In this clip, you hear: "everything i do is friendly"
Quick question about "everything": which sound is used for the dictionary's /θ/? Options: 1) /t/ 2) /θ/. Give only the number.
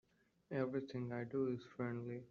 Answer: 1